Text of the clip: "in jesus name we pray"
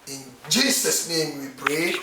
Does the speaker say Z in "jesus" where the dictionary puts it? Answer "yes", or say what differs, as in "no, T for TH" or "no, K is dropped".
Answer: no, S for Z